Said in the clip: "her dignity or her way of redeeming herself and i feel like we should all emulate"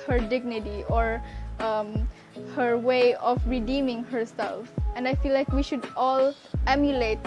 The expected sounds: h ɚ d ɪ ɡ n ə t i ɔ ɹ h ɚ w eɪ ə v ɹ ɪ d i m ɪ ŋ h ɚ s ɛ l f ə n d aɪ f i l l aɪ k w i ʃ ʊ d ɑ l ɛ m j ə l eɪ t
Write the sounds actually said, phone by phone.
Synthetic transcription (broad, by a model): h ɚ d ɪ ɡ n ə t i ɔ ɹ h ɚ w eɪ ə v ɹ ɪ d i m ɪ ŋ h ɚ s ɛ l f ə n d aɪ f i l l aɪ k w i ʃ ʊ d ɑ l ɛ m j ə l eɪ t